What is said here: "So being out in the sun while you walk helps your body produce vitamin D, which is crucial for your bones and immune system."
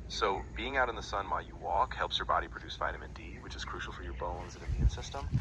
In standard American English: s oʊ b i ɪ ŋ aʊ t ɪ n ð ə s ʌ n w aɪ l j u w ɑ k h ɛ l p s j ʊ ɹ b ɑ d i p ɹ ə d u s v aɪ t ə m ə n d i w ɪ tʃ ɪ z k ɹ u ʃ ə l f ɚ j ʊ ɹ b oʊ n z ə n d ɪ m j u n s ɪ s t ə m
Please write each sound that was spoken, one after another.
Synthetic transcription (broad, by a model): s oʊ b i ɪ ŋ aʊ t ɪ n ð ə s ʌ n w aɪ l j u w ɑ k h ɛ l p s j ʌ ɹ b ɑ d i p ɹ ə d u s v aɪ t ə m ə n d i w ɪ tʃ ɪ z k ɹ u ʃ l f ɚ j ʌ ɹ b oʊ n z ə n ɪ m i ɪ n s ɪ s t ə m